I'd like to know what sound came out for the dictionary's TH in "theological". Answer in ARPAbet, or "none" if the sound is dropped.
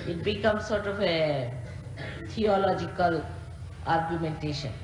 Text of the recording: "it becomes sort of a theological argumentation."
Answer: T